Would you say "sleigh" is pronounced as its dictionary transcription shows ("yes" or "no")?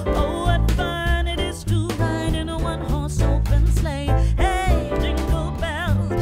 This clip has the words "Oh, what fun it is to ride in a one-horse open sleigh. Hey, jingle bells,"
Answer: yes